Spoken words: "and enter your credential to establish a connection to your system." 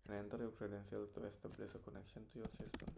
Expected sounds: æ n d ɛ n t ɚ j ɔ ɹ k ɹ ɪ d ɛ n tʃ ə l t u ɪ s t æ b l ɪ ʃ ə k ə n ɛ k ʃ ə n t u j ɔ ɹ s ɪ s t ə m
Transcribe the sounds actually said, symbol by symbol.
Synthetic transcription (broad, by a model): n ɛ n t ɚ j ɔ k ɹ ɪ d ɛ n s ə l t u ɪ s t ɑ b l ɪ s ə k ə n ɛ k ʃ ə n t u j ɔ ɹ s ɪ s t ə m